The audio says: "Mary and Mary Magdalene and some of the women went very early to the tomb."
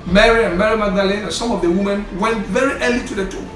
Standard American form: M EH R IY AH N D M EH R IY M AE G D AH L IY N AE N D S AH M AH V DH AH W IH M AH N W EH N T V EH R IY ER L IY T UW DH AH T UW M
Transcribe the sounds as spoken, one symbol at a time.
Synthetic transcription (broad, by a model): M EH R IY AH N M EH R IY M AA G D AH L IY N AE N S AH M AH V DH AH W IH M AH N W EH N T V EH R IY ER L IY T UW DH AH T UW